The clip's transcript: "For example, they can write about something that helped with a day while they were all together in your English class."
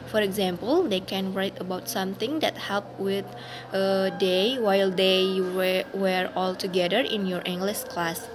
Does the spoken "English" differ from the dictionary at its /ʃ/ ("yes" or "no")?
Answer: yes